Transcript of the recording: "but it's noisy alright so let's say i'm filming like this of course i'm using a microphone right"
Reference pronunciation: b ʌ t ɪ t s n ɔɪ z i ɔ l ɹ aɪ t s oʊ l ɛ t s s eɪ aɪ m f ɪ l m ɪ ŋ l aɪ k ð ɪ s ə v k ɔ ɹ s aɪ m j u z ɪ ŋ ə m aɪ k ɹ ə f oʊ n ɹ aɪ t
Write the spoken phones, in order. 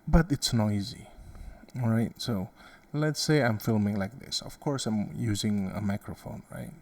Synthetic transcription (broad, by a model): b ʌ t ɪ t s n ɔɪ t i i ɹ aɪ t s oʊ l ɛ t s s eɪ aɪ m f ɪ l m ɪ ŋ l aɪ k ð ɪ s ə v k ɔ ɹ s aɪ m j u z ɪ ŋ ə m aɪ k ɹ ə f oʊ n ɹ aɪ t